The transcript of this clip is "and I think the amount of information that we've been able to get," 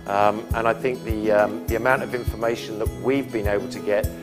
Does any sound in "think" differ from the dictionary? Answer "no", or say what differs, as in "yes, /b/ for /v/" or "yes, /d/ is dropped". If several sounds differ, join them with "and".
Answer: no